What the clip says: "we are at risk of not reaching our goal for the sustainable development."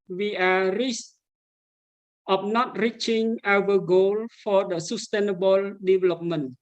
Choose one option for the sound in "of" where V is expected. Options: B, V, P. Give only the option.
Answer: P